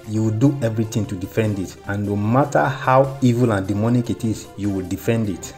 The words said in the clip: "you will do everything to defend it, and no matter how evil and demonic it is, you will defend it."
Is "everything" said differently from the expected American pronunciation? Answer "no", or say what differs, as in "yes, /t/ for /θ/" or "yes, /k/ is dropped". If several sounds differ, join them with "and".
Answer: yes, /t/ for /θ/